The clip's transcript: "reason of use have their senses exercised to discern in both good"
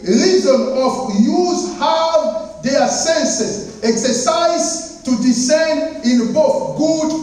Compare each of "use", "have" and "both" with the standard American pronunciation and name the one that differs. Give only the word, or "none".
have